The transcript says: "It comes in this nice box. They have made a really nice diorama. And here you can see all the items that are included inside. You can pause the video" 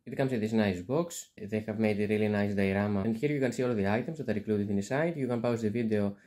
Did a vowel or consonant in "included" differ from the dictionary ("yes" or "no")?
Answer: yes